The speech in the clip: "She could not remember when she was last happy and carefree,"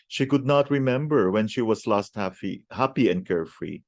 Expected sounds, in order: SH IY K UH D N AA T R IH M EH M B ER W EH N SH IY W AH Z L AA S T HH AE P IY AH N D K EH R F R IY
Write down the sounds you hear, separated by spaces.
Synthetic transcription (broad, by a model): SH IY K UH D N AA T R IH M EH M B ER W EH N SH IY W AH S L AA S T HH AE P IY AH N D K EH R F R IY